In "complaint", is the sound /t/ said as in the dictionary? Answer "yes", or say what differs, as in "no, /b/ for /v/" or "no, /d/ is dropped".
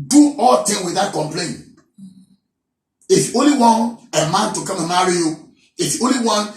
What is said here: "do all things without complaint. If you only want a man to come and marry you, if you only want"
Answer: no, /t/ is dropped